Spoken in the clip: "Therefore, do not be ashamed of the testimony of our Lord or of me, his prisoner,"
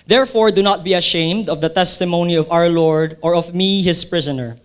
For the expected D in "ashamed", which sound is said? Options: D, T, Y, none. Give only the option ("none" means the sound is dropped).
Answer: D